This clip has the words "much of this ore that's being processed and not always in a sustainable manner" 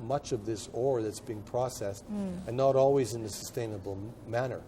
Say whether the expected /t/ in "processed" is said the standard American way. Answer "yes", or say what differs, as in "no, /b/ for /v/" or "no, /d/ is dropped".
yes